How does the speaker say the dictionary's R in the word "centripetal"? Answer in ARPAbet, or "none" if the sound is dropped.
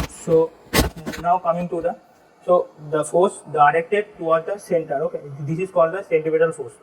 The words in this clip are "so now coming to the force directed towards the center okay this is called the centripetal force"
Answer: none